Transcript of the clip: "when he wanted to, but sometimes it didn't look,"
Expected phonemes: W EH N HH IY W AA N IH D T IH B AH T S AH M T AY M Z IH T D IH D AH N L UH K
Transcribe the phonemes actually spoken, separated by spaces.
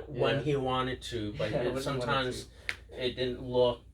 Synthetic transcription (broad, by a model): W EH N IY W AA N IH D T IH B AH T S AH M T AY M Z IH T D IH D N L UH